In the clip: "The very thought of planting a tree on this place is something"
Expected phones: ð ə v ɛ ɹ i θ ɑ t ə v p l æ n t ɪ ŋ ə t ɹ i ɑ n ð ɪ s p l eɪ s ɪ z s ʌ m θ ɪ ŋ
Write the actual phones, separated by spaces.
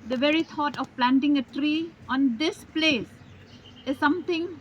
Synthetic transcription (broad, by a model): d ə v ɛ ɹ i t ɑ t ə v p l æ n t ɪ ŋ ə t ɹ i ɑ n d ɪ s p l eɪ s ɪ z s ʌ m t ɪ ŋ